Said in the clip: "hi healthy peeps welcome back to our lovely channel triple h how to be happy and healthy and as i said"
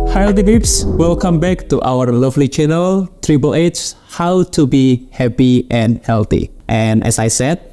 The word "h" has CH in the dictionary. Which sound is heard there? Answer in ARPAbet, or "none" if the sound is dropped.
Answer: S